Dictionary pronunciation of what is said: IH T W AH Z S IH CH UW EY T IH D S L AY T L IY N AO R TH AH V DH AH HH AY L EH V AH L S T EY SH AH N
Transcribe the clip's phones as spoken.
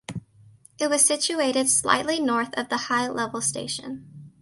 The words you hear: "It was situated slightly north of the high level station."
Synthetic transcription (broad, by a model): IH T W AH Z S IH CH UW EY T IH D S L AY T L IY N AO R TH AH V DH AH HH AY L EH V L S T EY SH AH N